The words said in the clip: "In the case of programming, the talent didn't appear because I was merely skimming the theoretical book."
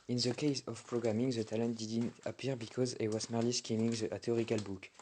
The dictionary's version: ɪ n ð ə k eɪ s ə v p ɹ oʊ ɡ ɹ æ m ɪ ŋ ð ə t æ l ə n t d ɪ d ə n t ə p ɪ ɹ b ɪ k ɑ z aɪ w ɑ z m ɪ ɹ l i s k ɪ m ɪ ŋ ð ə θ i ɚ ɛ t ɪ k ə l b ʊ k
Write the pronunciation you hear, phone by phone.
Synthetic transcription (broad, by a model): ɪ n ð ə k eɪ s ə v p ɹ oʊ ɡ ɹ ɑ m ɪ ŋ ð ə t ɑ l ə n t d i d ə n t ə p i ɹ b ɪ k ɑ z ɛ w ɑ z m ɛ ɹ l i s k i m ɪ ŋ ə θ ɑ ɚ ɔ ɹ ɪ k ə l b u k